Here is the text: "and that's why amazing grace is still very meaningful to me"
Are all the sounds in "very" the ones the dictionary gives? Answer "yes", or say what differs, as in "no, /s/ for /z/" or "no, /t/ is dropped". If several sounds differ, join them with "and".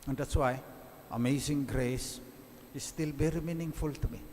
no, /b/ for /v/